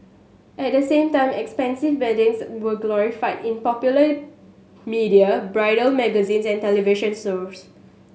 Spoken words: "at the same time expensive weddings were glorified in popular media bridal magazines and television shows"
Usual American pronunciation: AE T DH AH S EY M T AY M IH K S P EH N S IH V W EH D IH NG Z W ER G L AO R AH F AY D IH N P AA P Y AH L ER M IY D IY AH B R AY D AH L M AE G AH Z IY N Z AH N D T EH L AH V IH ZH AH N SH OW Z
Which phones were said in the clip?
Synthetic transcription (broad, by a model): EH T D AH S EY M T AY M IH K S P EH N S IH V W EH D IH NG S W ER G L AO R AH F AY D IH N P AA P Y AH L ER M IY D IY AH B R AY D AH L M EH G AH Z IY N S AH N T EH L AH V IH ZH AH N S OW S